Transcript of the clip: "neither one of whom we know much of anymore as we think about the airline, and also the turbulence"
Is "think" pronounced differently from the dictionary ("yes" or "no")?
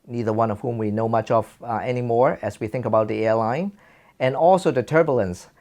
no